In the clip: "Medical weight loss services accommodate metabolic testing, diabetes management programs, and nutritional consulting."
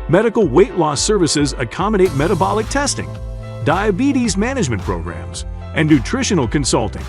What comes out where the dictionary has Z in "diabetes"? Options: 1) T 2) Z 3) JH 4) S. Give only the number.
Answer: 2